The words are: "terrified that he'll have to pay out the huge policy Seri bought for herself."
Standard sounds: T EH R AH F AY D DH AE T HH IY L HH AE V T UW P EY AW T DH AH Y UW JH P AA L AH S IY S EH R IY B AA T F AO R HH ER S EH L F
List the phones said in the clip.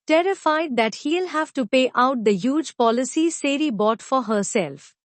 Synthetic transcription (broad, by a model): T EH R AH F AY D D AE T HH IY L HH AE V T UW P EY AW T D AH Y UW JH P AA L AH S IY S EH R IY B AA T F AO R HH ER S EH L F